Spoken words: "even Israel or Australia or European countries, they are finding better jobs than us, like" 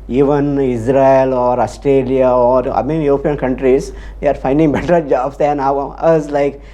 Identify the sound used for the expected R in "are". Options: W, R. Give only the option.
R